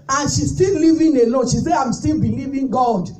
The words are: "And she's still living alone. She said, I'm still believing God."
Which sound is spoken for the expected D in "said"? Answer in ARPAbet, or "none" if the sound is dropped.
none